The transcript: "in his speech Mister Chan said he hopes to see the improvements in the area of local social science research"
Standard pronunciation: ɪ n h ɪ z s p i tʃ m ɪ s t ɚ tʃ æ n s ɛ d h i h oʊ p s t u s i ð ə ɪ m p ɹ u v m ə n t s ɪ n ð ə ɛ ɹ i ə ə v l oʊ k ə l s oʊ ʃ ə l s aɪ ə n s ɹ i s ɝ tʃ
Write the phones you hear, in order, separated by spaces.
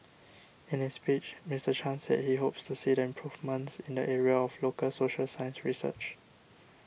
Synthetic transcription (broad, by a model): ɪ n h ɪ s p i tʃ m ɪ s t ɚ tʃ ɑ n s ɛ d h i h oʊ p s t u s i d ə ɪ m p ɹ u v m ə n t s ɪ n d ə ɛ ɹ i ə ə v l oʊ k ə l s oʊ ʃ ə l s aɪ ə n s ɹ i s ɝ tʃ